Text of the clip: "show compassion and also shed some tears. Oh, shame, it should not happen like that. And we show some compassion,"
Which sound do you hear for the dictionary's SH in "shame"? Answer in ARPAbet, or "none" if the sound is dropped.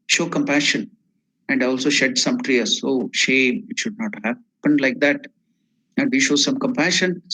SH